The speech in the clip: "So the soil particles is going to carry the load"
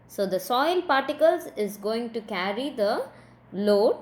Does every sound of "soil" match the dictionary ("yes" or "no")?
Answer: yes